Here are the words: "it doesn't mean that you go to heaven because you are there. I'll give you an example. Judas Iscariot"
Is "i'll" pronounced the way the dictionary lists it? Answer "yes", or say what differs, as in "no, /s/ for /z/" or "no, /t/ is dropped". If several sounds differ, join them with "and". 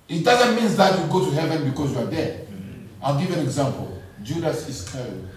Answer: yes